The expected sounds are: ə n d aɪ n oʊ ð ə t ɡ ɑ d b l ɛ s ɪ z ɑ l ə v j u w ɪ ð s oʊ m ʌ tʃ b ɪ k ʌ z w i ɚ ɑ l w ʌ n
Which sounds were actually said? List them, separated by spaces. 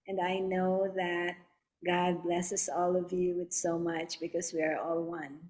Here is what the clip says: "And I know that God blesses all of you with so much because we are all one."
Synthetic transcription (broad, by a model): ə n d aɪ n oʊ ð ə t ɡ ɑ d b l ɛ s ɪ s ɑ l ə v j u w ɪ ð s oʊ m ʌ tʃ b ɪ k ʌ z w i ɚ ɑ l w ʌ n